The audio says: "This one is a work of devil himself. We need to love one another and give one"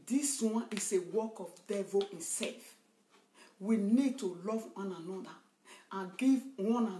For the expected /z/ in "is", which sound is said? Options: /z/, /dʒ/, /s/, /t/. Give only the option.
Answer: /s/